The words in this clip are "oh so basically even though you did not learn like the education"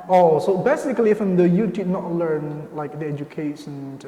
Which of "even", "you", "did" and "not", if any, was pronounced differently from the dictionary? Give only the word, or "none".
even